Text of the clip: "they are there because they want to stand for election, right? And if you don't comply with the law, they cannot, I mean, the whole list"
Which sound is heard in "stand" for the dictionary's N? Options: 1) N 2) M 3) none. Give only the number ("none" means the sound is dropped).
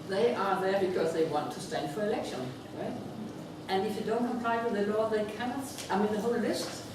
1